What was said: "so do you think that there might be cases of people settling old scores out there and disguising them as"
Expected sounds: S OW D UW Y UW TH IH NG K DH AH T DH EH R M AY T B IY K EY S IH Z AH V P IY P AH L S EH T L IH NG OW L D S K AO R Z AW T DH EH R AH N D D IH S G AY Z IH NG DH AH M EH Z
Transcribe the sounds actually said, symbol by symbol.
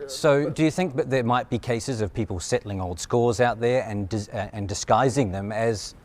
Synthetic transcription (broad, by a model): S OW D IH Y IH TH IH NG K DH AH T DH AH R M AY T B IY K EY S IH Z AH V P IY P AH L S EH T L IH NG OW L D S K AO R Z AW T DH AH R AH N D D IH S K AY Z IH NG DH AH M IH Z